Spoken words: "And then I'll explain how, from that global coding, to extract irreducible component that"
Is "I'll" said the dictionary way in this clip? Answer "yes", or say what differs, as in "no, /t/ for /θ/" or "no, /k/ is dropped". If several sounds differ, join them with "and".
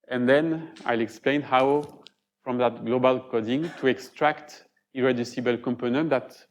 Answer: yes